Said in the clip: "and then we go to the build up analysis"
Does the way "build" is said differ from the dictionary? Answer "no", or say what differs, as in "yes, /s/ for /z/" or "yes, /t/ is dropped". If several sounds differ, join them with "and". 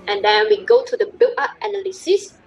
yes, /d/ is dropped